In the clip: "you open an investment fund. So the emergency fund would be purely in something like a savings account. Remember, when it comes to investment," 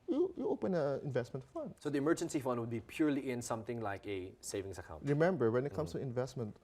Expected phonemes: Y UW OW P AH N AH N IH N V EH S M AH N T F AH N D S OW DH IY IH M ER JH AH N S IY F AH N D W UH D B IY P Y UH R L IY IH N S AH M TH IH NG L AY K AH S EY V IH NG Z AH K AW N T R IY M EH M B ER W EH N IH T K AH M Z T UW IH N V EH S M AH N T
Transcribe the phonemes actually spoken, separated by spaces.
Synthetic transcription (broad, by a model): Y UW OW P AH N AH IH N V EH S M AH N T F AH N D S OW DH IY IH M ER JH AH N S IY F AH N D W UH D B IY P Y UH R L IY IH N S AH M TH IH NG L AY K AH S EY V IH NG S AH K AW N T R IY M EH M B ER W EH N IH T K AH M S T UW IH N V EH S M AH N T